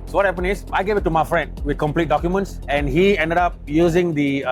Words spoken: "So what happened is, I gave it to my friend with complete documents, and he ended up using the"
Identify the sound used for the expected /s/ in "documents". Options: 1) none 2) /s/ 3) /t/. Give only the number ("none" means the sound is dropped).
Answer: 2